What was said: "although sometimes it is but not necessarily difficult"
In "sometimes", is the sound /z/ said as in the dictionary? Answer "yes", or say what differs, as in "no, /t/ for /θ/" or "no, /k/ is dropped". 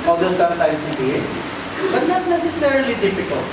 no, /s/ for /z/